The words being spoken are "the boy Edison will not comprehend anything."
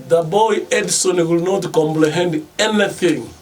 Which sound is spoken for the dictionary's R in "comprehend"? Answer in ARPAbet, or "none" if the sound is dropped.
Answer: L